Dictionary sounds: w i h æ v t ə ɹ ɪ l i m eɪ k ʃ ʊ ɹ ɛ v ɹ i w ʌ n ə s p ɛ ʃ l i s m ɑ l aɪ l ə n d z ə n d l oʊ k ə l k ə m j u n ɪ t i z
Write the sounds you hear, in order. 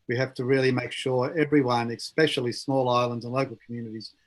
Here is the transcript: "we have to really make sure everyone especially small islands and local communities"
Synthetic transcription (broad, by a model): w i h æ f t ə ɹ ɪ l i m eɪ k ʃ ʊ ɹ ɛ v ɹ i w ʌ n ə s p ɛ ʃ l i s m ɑ l aɪ l ə n d z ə n l oʊ k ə l k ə m j u n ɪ t i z